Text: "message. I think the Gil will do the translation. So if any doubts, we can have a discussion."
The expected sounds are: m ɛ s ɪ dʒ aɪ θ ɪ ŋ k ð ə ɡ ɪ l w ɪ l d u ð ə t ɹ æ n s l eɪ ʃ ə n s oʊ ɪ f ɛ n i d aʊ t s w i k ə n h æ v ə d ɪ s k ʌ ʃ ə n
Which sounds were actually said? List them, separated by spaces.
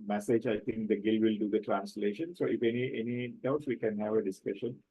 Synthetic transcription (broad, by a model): m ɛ s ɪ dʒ aɪ t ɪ ŋ k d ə ɡ ɪ l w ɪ l d u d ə t ɹ æ n s l eɪ ʃ ə n s oʊ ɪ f ɛ n i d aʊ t s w i k ə n h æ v ə d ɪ s k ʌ ʃ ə n